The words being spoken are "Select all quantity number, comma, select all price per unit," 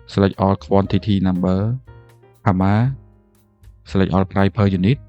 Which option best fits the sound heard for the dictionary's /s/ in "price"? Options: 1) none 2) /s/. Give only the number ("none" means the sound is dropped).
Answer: 1